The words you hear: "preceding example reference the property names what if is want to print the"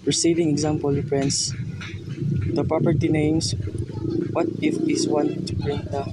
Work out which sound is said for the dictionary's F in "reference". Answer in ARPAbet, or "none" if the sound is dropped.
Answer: P